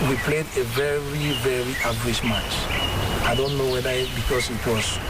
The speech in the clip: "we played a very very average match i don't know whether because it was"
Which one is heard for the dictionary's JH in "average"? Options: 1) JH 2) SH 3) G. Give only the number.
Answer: 2